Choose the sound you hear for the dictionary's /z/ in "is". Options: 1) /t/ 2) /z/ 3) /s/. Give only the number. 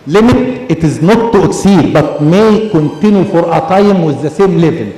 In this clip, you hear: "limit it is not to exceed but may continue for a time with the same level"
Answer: 2